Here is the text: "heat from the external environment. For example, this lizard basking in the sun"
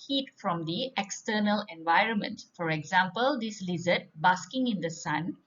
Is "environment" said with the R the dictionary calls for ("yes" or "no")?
yes